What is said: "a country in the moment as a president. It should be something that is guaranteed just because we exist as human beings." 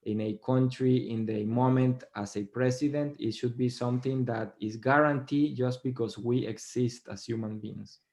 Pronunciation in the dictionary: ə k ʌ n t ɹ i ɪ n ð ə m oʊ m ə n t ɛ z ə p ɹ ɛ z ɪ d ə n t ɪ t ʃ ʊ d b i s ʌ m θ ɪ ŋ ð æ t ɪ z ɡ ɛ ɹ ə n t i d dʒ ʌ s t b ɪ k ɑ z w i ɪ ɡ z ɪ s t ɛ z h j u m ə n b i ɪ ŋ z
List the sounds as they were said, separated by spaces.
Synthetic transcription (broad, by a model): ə k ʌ n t ɹ i ɪ n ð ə m oʊ m ə n t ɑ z ə p ɹ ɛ s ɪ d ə n t ɪ t ʃ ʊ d b i s ʌ m θ ɪ ŋ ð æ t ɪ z ɡ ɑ ɹ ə n t i dʒ ʌ s t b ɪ k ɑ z w i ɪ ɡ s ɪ s t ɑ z h j u m ə n b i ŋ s